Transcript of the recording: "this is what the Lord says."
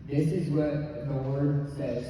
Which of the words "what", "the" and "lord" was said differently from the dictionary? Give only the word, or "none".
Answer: lord